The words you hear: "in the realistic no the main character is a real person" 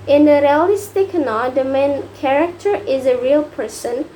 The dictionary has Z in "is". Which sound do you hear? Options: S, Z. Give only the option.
Z